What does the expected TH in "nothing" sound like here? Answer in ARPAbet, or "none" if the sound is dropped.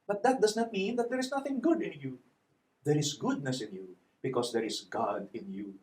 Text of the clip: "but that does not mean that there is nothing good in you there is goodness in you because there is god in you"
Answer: TH